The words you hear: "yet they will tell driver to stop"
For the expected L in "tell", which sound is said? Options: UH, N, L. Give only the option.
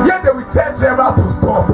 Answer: N